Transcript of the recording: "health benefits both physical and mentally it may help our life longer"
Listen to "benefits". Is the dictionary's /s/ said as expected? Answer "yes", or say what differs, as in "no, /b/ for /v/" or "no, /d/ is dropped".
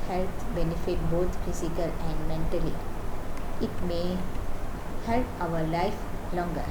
no, /s/ is dropped